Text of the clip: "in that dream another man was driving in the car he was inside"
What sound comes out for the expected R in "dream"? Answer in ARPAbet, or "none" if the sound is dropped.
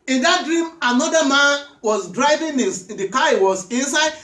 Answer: R